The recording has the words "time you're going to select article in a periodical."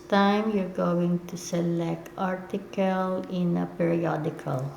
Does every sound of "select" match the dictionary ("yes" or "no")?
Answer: yes